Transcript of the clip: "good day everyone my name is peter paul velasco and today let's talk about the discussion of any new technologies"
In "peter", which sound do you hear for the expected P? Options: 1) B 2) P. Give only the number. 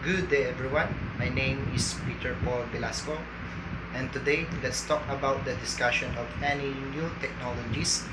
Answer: 2